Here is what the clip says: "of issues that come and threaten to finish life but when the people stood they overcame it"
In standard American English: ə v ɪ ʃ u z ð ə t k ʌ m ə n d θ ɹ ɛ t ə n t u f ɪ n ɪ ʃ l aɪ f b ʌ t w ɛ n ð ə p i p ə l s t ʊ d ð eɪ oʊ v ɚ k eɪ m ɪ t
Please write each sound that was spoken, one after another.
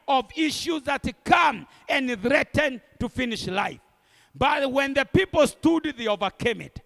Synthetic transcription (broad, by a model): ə v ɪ ʃ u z ð ə t k ʌ m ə n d θ ɹ ɛ t ə n t u f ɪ n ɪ ʃ l aɪ f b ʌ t w ɛ n ð ə p i p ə l s t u d ð eɪ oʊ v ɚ k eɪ m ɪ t